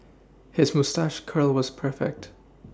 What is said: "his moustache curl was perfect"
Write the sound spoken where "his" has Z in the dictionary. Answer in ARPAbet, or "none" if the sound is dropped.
Z